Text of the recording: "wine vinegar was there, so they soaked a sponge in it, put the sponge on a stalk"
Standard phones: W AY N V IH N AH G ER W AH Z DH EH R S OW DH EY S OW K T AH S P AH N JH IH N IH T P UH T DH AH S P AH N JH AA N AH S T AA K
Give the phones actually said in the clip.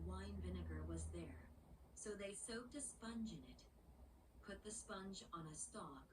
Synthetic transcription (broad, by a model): W AY N V IH N AH G ER W AH Z DH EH R S OW DH EY S OW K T AH S P AH N JH IH N IH T P UH T DH AH S P AH N JH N AH S T AA K